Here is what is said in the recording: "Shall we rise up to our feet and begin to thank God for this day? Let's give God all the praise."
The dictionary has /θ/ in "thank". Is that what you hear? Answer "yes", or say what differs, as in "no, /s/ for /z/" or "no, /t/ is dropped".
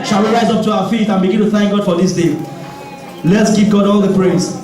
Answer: yes